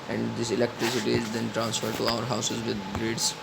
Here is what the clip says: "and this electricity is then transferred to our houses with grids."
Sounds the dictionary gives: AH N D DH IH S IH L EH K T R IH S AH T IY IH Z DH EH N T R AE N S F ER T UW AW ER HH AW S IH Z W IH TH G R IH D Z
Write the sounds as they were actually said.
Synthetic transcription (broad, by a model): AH N D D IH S IH L EH K T R IH S AH T IY IH Z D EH N T R AE N S F ER T UW AW ER HH AW S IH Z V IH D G R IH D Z